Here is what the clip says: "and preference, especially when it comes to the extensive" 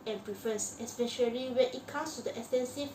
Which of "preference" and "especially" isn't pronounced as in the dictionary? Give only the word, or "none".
preference